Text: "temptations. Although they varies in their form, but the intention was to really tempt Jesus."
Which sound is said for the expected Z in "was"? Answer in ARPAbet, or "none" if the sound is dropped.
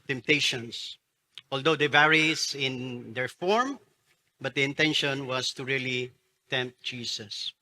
S